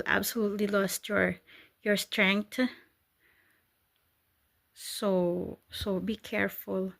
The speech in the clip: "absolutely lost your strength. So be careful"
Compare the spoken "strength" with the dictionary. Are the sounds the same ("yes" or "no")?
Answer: no